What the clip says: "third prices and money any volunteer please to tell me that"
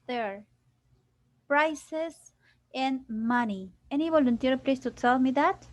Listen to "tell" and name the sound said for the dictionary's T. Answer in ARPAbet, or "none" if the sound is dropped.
S